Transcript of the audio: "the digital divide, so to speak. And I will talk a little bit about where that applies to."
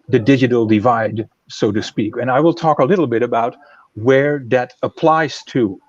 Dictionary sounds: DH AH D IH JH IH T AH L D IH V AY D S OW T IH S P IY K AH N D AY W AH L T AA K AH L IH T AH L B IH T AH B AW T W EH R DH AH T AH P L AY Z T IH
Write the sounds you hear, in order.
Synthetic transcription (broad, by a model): DH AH D IH JH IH T L D IH V AY D S OW T IH S P IY K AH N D AY W AH L T AA K AH L IH T L B IH T AH B AW T W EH R DH AH T AH P L AY Z T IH